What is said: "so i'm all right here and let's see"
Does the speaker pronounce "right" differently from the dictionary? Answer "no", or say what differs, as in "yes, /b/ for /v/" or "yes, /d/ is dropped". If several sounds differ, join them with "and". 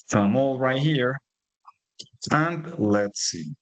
no